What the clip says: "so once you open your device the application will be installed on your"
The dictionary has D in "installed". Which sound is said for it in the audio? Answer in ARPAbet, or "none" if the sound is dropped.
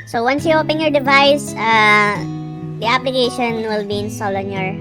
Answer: none